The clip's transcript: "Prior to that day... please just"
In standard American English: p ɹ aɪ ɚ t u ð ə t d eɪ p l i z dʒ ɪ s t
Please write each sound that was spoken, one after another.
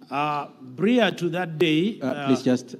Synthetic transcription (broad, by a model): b ɹ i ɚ t u ð ə t d eɪ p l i s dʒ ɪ s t